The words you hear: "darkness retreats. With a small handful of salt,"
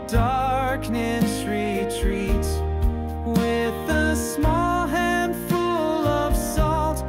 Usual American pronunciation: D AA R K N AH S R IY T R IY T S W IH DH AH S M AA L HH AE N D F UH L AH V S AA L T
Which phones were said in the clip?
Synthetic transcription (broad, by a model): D AA R K N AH S R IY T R IY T W IH DH AH S M AA L HH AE N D F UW L AH V S AA L T